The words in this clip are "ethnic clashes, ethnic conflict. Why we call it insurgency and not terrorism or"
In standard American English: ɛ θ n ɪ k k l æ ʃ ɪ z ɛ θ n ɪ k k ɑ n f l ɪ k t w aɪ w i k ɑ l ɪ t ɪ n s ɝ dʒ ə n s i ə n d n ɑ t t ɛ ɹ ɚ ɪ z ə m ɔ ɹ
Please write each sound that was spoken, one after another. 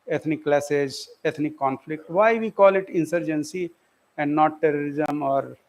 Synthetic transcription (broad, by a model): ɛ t n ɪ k k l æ s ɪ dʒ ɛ t n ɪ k k ɑ n f l ɪ k t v aɪ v i k ɑ l ɪ t ɪ n s ɝ dʒ ə n s i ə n d n ɑ t t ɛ ɹ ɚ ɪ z ə m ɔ ɹ